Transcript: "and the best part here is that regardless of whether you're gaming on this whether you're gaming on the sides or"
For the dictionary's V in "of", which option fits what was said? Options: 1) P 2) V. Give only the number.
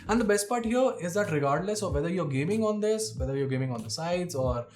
2